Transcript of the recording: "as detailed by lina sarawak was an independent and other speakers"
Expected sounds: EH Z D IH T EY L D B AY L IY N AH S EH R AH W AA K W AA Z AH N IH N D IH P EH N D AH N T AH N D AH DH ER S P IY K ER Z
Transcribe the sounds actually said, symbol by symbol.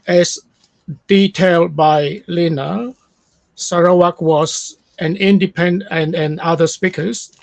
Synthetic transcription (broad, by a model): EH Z D IH T EY L D B AY L IY N AH S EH R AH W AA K W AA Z AH N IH N D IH P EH N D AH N AH N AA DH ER S P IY K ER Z